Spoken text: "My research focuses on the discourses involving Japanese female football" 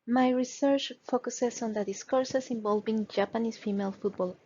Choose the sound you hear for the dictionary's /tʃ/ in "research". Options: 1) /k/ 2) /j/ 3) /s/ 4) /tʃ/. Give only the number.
4